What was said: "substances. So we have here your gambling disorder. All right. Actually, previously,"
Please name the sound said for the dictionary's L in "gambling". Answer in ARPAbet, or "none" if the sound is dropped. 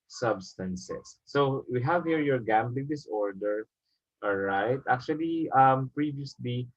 L